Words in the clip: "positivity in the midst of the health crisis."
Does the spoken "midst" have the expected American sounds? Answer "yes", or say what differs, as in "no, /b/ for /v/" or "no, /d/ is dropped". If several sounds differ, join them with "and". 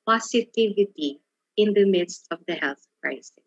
yes